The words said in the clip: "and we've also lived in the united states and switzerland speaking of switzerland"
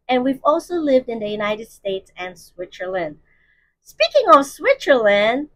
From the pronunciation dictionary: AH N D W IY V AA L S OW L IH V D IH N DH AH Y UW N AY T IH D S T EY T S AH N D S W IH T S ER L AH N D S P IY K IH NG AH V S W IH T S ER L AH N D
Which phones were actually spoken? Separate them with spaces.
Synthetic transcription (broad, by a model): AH N W IY V AA L S OW L IH V D IH N DH AH Y UW N AY T IH D S T EY T S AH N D S W IH T S ER L AH N D S P IY K IH NG AH V S W IH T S ER L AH N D